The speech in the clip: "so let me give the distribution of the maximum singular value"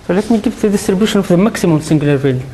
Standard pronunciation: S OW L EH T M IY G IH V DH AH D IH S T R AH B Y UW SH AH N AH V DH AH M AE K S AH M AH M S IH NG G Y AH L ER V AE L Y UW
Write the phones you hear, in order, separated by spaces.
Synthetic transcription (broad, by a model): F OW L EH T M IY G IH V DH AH D IH S T R AH B Y UW SH AH N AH F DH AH M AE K S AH M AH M S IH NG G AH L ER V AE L